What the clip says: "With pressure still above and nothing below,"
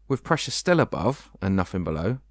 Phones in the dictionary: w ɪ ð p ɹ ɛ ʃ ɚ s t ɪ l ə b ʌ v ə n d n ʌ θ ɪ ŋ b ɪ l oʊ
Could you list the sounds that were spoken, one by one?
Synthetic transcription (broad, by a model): w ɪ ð p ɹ ɛ ʃ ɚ s t ɪ l ə b ʌ v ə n n ʌ f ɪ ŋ b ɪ l oʊ